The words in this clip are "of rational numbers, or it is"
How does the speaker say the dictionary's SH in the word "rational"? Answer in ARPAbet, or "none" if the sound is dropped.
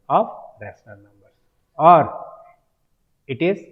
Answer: S